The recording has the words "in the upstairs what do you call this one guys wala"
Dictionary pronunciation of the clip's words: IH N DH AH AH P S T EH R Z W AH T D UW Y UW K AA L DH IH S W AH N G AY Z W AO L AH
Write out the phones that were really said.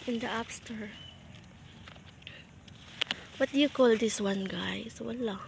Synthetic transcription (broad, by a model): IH N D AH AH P S T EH R W AH T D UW Y UW K AA L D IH S W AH N G AY S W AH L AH